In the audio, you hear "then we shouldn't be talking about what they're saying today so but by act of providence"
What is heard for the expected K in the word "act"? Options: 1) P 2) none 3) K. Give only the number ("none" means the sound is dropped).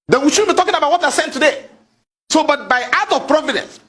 2